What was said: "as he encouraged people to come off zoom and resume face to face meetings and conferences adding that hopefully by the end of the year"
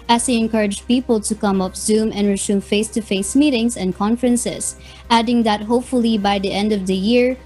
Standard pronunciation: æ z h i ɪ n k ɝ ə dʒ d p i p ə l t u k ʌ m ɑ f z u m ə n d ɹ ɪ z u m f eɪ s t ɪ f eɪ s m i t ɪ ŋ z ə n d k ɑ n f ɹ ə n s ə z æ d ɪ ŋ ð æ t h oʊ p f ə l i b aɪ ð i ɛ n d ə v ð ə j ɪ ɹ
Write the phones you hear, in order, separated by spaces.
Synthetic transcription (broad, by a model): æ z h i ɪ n k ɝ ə dʒ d p i p ə l t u k ʌ m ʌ p z u m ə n ɹ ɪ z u m f eɪ s t ɪ f eɪ s m i t ɪ ŋ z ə n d k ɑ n f ɹ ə n s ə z æ d ɪ ŋ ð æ t h oʊ p f ə l i b aɪ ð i ɛ n d ə v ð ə j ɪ ɹ